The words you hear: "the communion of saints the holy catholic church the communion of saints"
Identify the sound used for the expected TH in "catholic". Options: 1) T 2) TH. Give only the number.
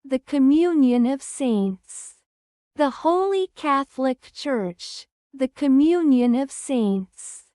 2